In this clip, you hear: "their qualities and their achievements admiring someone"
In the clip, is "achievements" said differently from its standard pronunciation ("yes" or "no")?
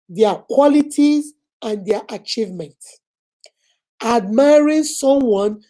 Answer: no